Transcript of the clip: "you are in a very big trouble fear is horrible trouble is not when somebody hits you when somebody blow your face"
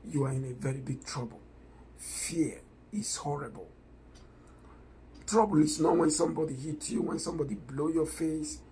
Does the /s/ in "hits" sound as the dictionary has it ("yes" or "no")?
no